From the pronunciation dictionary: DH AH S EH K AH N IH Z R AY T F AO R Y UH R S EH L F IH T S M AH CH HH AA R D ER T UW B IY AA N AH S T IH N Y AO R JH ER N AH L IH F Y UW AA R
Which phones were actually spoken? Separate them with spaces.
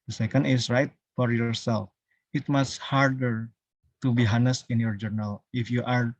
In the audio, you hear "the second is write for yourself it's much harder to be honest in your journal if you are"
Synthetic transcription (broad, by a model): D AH S EH K AH N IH S R AY T F AO R Y UH R S EH L F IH T M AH S HH AA R D ER T UW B IY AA N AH S IH N Y AO R JH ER N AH L IH F Y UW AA R